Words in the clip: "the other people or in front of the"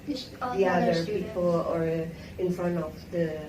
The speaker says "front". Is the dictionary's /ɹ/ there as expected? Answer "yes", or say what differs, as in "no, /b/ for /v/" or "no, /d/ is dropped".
yes